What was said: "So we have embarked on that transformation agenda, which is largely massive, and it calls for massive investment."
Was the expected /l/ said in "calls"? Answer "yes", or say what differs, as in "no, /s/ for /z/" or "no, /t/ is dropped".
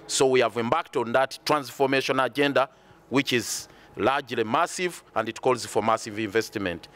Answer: yes